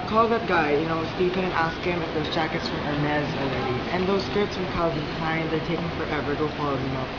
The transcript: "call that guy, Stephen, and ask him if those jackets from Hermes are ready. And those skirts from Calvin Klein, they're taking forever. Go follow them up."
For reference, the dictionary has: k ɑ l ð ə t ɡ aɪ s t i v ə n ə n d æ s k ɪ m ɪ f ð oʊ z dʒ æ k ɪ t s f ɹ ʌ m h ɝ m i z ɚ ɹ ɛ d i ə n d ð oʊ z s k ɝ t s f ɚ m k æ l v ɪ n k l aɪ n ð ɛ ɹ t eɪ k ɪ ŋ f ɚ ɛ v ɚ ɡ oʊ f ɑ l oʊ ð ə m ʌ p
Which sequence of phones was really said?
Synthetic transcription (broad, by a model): k ɑ l ð ə t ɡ aɪ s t i p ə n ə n æ s k ɪ m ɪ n ð oʊ z dʒ æ k ɪ t s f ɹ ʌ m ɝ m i z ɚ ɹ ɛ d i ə n ð oʊ z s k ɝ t s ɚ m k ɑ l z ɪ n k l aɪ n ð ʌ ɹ t eɪ k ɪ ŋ f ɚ ɛ v ɚ ɡ oʊ f ɑ l oʊ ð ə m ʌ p